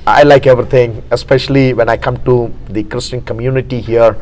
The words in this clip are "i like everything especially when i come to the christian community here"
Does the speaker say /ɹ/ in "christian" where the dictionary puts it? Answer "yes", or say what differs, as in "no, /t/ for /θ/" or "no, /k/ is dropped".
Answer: yes